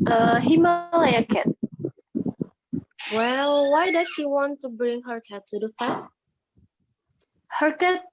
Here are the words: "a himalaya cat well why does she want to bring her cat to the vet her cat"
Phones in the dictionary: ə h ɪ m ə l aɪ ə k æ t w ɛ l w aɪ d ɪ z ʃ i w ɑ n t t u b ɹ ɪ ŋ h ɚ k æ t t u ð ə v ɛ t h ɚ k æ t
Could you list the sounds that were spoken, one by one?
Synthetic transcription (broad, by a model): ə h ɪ m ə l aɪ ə k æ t w ɛ l w aɪ d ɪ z ʃ i w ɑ n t t u b ɹ ɪ ŋ h ɚ k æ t t u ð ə f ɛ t h ɚ k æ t